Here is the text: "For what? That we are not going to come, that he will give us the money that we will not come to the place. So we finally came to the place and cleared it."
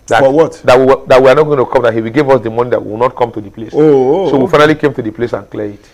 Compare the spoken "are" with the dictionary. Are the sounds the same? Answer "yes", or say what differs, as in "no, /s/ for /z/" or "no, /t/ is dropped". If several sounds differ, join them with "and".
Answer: no, /w/ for /ɹ/